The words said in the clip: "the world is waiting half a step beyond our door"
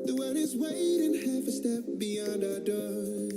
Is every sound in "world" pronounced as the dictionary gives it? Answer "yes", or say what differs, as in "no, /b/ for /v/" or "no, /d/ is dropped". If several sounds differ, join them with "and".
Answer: no, /l/ is dropped